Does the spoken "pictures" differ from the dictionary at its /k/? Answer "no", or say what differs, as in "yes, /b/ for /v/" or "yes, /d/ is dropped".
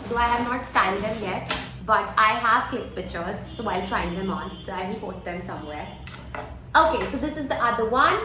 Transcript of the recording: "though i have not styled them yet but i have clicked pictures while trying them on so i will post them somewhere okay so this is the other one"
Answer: yes, /k/ is dropped